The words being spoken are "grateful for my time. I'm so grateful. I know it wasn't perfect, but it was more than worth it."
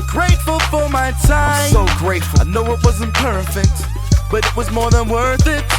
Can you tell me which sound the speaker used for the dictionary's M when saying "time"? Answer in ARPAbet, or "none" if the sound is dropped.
none